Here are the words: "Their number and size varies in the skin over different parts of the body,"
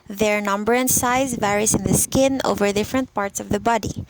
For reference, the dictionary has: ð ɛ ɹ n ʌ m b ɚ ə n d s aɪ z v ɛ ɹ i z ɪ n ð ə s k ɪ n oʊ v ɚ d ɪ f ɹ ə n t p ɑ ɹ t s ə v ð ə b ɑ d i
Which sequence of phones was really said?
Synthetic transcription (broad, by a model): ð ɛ ɹ n ʌ m b ɚ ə n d s aɪ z v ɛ ɹ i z ɪ n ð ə s k ɪ n oʊ v ɚ d ɪ f ɹ ə n t p ɑ ɹ t s ə v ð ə b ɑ d i